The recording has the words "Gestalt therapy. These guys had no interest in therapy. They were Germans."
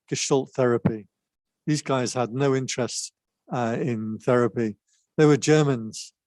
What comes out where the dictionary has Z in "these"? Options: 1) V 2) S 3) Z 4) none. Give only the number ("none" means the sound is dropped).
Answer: 3